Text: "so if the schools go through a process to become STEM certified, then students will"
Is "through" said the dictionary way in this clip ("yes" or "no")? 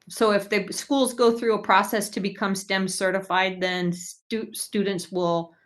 yes